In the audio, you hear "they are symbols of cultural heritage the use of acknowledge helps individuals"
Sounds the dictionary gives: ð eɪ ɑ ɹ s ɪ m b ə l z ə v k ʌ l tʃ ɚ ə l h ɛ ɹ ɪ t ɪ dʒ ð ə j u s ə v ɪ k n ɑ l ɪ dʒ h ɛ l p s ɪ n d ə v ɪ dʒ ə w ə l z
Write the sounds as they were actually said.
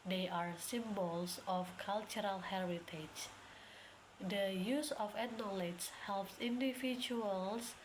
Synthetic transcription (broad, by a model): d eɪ ɑ ɹ s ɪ m b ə l s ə f k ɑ l tʃ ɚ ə l h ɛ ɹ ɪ t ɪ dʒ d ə j u s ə f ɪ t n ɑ l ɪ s h ɛ l p s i n d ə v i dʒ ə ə l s